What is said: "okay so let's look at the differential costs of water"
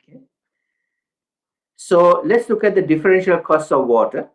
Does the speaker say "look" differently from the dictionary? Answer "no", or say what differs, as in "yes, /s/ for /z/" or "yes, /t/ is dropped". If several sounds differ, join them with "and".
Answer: no